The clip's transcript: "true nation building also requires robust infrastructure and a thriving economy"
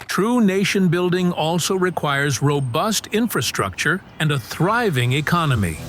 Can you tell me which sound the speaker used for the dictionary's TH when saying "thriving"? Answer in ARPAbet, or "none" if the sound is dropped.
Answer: TH